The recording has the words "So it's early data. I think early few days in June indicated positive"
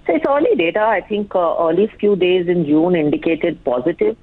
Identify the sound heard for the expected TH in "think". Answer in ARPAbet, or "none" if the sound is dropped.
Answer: T